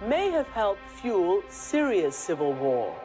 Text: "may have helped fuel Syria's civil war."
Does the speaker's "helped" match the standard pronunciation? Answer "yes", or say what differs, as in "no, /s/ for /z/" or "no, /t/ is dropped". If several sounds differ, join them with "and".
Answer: no, /p/ is dropped